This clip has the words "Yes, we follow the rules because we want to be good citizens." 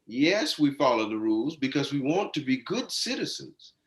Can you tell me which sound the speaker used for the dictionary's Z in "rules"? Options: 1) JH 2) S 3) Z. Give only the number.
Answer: 3